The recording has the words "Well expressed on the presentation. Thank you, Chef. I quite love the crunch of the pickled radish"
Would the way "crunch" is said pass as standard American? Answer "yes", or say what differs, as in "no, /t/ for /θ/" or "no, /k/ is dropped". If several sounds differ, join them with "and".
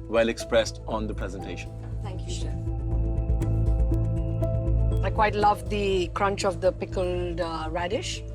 yes